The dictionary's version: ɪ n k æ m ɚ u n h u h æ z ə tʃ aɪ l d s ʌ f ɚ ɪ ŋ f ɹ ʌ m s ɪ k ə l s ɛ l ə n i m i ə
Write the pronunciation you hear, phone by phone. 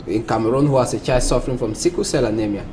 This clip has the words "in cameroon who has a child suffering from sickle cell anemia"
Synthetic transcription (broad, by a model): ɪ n k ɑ m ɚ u n h u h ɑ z ə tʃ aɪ d s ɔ f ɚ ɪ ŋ f ɹ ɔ m s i k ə s ɛ l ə n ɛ m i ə